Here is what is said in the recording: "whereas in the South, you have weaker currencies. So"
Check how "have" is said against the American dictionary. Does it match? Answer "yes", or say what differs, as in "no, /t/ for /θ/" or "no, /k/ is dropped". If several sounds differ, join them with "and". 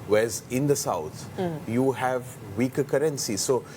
yes